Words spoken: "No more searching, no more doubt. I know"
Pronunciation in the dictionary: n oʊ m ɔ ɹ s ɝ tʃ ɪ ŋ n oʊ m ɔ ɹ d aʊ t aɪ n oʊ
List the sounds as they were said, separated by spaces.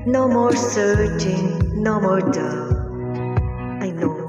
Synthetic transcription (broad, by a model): n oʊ m ɔ ɹ s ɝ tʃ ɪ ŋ n oʊ m ɔ ɹ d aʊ aɪ n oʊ